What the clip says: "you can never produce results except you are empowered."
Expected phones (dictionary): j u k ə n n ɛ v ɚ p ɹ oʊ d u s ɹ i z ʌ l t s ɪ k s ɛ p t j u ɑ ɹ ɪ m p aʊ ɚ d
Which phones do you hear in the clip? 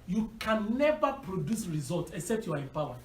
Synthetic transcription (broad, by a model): j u k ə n n ɛ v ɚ p ɹ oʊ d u s ɹ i z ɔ l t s ɪ k s ɛ p t j u ɑ ɹ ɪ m p aʊ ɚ